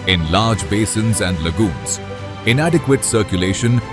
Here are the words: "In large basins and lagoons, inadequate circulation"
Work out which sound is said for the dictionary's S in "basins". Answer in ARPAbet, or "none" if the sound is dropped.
S